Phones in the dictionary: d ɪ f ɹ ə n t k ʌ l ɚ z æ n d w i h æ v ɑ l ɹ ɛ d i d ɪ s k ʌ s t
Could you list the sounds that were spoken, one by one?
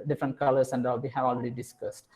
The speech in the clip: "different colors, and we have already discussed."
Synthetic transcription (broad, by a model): d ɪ f ɹ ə n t k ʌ l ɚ s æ n d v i h æ v ɑ l ɹ ɛ d i d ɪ s k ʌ s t